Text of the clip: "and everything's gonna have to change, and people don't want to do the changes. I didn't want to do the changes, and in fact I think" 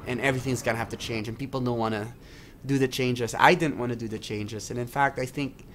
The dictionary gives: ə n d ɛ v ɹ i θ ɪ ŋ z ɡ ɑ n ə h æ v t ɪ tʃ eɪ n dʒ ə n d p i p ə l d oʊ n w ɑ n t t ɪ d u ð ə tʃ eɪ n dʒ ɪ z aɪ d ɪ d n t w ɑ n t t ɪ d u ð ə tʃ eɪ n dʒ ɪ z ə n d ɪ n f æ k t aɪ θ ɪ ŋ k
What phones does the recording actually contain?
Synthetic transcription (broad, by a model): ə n ɛ v ɹ i θ ɪ ŋ z ɡ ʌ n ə h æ f t ɪ tʃ eɪ n dʒ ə n p i p l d oʊ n w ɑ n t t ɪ d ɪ ð ə tʃ eɪ n dʒ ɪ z aɪ d ɪ d n t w ɑ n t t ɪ d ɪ ð ə tʃ eɪ n dʒ ɪ z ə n ɪ n f æ k t aɪ θ ɪ ŋ k